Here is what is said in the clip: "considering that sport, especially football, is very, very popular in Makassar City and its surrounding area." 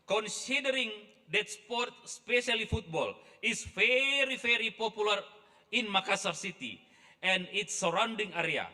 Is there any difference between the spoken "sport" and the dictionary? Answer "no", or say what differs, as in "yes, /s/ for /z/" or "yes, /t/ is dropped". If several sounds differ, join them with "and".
no